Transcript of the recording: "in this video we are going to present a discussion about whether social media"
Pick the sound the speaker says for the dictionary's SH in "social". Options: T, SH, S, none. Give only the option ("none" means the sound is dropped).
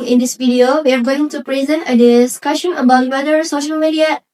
SH